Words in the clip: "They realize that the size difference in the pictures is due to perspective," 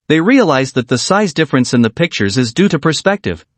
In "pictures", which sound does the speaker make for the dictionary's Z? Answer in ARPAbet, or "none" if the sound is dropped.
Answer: Z